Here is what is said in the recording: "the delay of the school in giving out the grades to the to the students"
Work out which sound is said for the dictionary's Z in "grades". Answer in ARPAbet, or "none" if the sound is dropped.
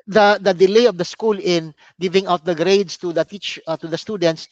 S